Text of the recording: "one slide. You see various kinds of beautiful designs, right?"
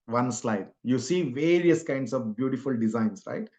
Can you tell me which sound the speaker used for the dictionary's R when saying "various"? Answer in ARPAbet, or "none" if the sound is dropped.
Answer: R